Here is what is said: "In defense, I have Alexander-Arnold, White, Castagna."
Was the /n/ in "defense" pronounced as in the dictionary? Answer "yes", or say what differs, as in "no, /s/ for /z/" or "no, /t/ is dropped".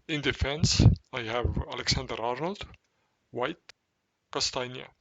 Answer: yes